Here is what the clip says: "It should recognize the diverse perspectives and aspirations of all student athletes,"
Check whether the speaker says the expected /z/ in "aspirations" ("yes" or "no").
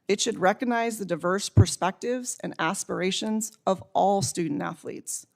yes